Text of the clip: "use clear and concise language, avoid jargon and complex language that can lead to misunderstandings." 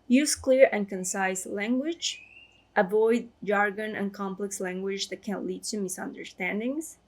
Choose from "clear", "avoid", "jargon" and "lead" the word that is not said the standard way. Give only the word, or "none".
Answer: none